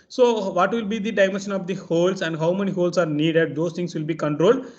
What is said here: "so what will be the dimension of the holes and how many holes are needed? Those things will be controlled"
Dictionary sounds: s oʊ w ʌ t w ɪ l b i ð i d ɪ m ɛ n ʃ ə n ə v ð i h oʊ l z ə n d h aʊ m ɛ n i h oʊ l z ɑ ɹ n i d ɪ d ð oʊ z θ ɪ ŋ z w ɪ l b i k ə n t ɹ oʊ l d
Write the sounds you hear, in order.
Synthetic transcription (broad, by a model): s oʊ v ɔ t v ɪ l b i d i d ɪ m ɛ n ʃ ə n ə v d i h oʊ l s ə n d h aʊ m ɛ n i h oʊ l s ɑ ɹ n i d ɪ d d oʊ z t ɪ ŋ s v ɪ l b i k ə n t ɹ oʊ l d